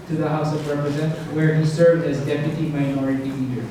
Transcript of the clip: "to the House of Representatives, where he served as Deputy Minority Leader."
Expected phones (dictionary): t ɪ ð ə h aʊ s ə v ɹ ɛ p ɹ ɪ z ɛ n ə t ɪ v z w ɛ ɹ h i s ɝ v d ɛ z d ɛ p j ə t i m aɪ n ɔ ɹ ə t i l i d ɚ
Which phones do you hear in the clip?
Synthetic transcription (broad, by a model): t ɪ ð ə h aʊ s ə v ɹ ɛ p ɹ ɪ z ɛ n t w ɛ ɹ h i s ɝ v d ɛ z d ɛ p j ə t i m aɪ n ɔ ɹ ə t i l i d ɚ